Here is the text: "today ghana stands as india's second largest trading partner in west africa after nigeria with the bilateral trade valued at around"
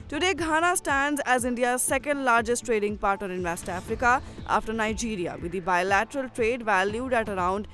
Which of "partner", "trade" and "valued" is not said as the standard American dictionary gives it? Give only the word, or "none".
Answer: partner